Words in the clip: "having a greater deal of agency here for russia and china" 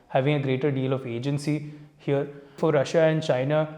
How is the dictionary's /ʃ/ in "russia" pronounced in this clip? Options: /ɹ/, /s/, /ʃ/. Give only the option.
/ʃ/